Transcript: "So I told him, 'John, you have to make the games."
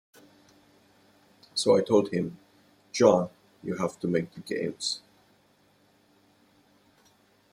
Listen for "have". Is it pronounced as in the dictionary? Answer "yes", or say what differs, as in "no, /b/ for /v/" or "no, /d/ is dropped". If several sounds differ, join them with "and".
no, /f/ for /v/